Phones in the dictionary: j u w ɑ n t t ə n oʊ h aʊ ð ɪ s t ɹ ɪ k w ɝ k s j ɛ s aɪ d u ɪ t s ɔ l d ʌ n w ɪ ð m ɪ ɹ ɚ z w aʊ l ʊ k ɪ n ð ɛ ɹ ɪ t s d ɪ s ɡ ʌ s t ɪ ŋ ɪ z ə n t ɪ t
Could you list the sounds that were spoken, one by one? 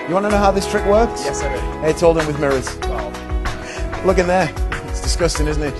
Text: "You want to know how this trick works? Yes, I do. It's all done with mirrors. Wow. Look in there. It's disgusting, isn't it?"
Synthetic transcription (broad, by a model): j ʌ w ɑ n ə n oʊ h aʊ ð ɪ s t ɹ ɪ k w ɝ k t j ɛ s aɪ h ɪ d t ɔ l d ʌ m w ɪ ð m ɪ ɹ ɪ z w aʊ l ʊ k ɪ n ð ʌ ɹ ɪ t s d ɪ s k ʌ s t ɪ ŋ ɪ z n t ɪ t